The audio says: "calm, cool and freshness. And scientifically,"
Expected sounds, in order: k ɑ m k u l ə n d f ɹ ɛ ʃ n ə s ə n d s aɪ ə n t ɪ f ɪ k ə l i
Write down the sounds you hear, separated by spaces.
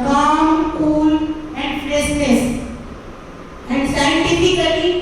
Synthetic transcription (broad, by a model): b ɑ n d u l ə n d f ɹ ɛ s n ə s ə n d s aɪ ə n t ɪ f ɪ k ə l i